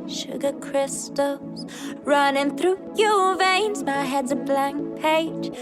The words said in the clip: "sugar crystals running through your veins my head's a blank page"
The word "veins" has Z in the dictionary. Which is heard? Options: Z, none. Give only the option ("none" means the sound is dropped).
Z